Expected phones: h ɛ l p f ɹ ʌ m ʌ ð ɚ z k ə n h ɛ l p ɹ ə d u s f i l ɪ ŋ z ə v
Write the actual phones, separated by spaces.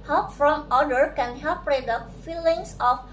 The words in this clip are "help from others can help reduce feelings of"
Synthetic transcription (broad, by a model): h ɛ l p f ɹ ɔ m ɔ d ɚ k ə n h ɛ l p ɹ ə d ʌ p f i l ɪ ŋ s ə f